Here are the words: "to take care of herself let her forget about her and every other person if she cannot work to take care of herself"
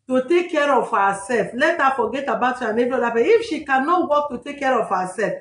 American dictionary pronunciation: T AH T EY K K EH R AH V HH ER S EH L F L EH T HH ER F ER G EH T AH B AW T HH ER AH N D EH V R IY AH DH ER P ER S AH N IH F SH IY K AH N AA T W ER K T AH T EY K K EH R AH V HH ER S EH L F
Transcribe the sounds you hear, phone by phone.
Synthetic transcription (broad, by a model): T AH T EY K K EH R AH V HH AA S EH L F L EH T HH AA F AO G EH T AH B AW T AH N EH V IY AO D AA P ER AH IH F SH IY K AH N AA T W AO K T AH T EY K K EH R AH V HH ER S EH L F